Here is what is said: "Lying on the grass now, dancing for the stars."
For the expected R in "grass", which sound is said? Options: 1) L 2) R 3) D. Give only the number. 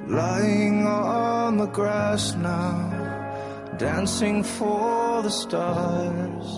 2